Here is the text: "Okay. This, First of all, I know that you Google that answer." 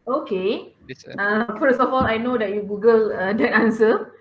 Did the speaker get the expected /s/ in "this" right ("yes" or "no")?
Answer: no